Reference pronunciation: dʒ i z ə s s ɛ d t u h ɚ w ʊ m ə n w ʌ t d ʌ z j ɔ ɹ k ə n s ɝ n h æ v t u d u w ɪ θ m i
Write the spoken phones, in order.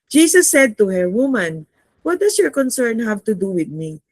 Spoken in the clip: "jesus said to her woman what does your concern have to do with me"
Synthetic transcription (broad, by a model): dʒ i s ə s s ɛ d t u h ɚ w ʊ m ə n w ʌ t d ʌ s j ɔ ɹ k ə n s ɝ n h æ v t u d u w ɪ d m i